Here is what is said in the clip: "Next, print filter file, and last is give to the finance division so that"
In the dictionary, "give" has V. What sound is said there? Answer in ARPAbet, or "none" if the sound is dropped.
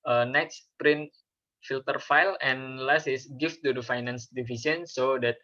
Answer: F